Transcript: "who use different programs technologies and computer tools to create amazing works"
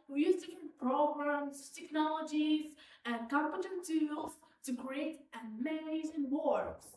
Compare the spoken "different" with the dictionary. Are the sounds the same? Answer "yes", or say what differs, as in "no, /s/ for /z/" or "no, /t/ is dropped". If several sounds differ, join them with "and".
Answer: no, /ɹ/ is dropped